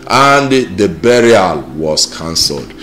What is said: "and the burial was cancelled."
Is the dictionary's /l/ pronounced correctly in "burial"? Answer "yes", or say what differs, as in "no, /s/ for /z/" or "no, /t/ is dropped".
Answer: yes